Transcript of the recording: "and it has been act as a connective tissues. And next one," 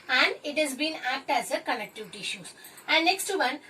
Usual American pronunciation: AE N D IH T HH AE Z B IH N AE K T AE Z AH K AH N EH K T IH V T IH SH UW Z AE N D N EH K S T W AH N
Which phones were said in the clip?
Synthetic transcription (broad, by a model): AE N D IH T HH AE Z B IH N AE K T AE Z AH K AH L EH K T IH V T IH SH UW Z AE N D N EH K S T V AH N